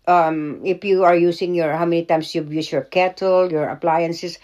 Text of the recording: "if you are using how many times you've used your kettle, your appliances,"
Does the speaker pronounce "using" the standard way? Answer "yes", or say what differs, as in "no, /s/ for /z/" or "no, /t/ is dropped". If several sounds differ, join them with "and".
no, /s/ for /z/